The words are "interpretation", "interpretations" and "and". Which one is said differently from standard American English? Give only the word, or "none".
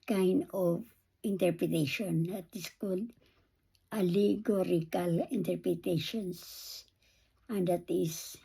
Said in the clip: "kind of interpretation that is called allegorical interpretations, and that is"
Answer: interpretations